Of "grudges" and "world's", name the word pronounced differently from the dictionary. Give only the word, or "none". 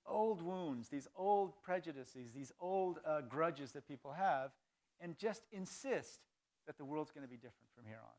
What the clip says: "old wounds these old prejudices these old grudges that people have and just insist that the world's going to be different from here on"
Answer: none